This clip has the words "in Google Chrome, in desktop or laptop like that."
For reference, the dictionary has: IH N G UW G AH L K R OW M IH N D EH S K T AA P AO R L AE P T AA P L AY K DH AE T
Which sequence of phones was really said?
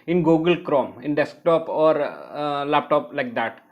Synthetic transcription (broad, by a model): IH N G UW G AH L K R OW M IH N D EH S K T AA P AO R L AE P T AA P L AY K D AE T